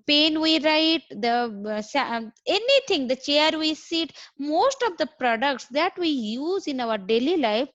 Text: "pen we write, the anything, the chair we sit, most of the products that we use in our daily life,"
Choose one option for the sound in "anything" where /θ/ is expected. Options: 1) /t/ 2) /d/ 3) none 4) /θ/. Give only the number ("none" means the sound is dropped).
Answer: 1